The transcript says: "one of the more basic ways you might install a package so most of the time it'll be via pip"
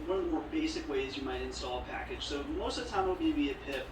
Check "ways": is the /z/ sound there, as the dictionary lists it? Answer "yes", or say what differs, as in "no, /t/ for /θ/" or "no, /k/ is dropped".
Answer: yes